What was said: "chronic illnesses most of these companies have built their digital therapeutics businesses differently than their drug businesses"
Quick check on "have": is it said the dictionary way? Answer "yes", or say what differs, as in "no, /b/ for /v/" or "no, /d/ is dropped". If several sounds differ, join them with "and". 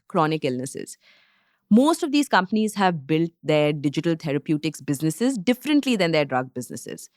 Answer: yes